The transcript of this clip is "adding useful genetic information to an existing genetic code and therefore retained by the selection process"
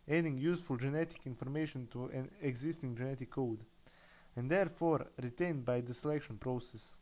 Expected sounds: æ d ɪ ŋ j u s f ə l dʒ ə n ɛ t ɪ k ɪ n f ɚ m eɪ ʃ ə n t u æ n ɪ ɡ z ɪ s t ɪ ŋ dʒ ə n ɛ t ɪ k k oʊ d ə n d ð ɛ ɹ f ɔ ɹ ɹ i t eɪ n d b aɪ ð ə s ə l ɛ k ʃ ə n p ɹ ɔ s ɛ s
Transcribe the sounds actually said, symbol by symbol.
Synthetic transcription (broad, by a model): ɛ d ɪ ŋ j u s f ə l dʒ ə n ɛ t ɪ k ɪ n f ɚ m eɪ ʃ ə n t u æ n ɪ ɡ z ɪ s t ɪ ŋ dʒ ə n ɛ t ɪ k k oʊ d ə n d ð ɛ ɹ f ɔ ɹ ɹ i t eɪ n d b aɪ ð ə s ə l ɛ k ʃ ə n p ɹ ɔ s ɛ s